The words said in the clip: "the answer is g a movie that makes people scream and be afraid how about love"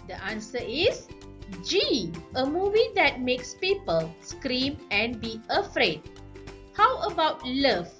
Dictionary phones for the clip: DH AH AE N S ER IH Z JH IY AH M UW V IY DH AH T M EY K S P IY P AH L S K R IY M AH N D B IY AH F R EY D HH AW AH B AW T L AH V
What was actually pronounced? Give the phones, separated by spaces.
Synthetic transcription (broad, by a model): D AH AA N S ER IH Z JH IY AH M UW V IY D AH T M EY K S P IY P AH L S K R IY M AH N B IY AH F R EY D HH AW AH B AW T L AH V